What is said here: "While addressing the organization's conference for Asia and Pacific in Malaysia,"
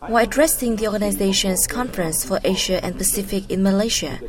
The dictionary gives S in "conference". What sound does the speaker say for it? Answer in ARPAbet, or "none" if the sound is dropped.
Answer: S